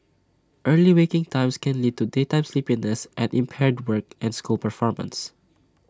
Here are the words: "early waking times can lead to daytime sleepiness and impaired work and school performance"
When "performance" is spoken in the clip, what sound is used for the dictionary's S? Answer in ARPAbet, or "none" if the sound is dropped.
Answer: S